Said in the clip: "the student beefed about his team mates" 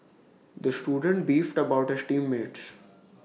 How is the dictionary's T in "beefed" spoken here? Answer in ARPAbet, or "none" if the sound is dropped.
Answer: T